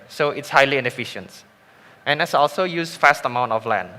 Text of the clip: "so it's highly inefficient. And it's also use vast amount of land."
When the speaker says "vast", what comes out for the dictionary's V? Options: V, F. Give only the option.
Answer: F